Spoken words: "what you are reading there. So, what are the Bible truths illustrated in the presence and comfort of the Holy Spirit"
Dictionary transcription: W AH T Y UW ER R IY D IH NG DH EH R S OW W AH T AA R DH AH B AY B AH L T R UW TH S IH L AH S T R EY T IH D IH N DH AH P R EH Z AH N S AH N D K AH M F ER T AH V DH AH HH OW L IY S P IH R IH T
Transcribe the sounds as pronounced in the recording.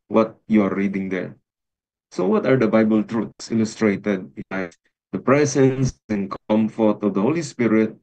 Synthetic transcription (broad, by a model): W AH T Y UW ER R IY D IH NG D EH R S OW W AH T AA R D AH B AY B AH L T R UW T S IH L AH S T R EY T IH D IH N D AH P R EH S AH N S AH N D K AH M F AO T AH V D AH HH OW L IY S P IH R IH T